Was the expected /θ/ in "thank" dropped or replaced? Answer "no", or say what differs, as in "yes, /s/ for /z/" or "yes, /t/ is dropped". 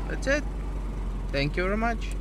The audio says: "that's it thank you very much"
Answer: yes, /t/ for /θ/